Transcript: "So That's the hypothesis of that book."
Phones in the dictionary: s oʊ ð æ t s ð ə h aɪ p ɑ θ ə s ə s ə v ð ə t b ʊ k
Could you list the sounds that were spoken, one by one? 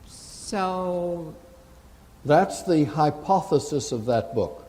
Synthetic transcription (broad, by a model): s oʊ ð æ t s ð ə h aɪ p ɑ θ ə s ə s ə v ð ə t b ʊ k